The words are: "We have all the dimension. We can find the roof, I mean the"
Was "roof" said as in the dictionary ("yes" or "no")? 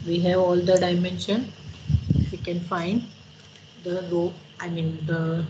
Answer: no